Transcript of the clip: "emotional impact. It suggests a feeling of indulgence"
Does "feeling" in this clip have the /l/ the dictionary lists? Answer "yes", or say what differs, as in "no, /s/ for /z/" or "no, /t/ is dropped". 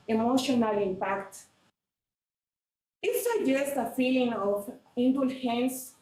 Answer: yes